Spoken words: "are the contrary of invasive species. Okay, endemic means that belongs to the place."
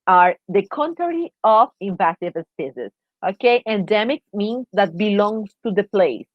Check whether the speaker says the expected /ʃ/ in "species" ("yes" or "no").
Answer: no